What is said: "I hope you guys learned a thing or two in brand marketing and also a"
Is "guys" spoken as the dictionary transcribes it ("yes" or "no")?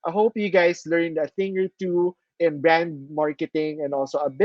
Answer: no